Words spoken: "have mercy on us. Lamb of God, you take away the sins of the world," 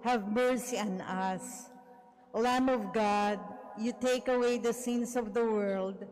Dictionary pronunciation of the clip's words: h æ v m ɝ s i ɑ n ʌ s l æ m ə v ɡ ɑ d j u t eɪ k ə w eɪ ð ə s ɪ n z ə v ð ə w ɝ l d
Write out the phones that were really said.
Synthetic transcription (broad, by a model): h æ v m ɝ s i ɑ n ʌ s l æ m ə v ɡ ɑ d j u t eɪ k ə w eɪ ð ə s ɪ n s ə v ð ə w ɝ l d